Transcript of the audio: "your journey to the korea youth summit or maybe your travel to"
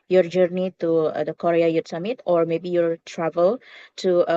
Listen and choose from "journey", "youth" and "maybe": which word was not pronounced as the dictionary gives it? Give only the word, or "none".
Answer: youth